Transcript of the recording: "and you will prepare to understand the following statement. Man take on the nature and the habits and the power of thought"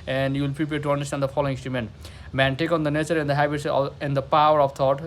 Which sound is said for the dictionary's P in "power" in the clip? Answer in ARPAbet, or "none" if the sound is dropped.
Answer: P